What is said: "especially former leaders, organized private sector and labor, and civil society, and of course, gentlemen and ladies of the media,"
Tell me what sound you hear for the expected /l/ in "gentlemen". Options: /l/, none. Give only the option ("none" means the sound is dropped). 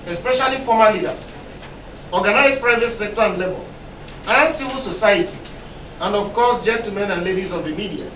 none